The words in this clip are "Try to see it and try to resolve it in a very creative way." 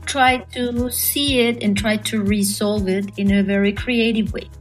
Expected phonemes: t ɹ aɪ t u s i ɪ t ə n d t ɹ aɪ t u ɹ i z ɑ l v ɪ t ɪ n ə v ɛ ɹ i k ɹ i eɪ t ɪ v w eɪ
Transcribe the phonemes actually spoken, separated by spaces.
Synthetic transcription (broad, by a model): t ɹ aɪ t u s i ɪ t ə n t ɹ aɪ t u ɹ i s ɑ l v ɪ t ɪ n ə v ɛ ɹ i k ɹ i eɪ t ɪ v w eɪ